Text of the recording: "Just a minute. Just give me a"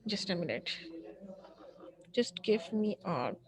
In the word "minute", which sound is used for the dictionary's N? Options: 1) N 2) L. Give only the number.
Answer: 2